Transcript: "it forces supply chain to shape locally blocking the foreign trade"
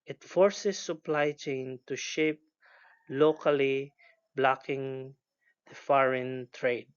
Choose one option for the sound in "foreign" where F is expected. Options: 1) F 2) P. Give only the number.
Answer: 1